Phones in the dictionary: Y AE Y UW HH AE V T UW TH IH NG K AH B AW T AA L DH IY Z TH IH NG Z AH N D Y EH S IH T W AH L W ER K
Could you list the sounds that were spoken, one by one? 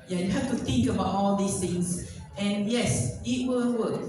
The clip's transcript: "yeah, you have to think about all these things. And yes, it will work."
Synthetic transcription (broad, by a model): Y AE Y UW HH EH F T UW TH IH NG K AH B AW T AA L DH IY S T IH NG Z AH N Y EH S IH T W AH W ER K